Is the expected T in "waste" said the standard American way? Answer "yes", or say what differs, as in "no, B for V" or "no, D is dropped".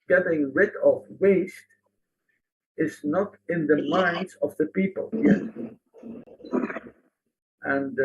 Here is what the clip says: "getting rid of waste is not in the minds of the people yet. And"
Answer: yes